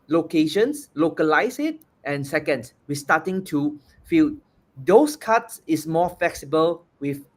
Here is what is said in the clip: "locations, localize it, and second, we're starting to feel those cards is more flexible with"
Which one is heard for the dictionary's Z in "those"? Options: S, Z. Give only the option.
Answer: S